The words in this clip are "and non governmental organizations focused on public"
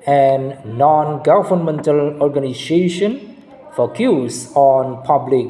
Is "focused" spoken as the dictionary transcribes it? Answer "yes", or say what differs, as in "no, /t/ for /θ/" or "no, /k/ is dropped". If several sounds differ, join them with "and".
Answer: no, /t/ is dropped